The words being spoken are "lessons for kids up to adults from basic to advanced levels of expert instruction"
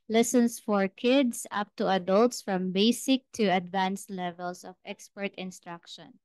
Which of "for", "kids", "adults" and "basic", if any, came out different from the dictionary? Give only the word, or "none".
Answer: kids